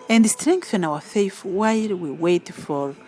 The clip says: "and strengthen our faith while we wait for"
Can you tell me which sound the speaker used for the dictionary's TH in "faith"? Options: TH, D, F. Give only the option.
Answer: F